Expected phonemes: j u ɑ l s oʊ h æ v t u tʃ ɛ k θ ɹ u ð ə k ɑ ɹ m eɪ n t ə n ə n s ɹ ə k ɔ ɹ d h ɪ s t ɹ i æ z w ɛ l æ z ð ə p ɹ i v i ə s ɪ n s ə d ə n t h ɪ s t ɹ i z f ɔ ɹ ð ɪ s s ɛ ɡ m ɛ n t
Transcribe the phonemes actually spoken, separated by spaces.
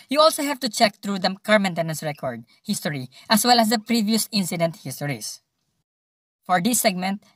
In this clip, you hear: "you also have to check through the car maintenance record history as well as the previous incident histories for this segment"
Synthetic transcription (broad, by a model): j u ɑ l s oʊ h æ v t u tʃ ɛ k t ɹ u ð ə k ɑ ɹ m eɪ n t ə n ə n s ɹ ə k ɔ ɹ d h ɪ s t ɹ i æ s w ɛ l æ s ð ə p ɹ i v i ə s ɪ n s ə d ə n t h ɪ s t ɹ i s f ɔ ɹ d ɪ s s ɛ ɡ m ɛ n t